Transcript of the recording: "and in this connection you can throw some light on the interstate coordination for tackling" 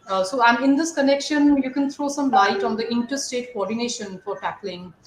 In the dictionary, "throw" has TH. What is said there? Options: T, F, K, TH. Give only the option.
T